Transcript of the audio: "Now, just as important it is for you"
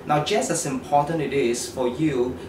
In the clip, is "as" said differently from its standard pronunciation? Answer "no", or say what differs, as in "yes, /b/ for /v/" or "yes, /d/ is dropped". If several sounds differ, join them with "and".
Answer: yes, /s/ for /z/